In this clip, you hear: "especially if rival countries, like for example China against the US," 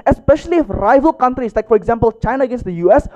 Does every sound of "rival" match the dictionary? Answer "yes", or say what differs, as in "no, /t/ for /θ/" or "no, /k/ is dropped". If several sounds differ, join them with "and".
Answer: yes